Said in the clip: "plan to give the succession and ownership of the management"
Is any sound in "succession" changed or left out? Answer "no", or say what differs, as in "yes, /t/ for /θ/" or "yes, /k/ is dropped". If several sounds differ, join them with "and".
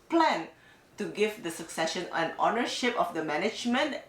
no